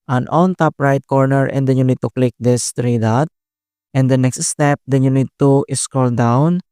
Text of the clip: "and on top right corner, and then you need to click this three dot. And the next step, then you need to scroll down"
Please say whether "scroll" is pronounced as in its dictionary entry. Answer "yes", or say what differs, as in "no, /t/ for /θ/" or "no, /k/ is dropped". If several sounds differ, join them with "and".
no, /ɹ/ is dropped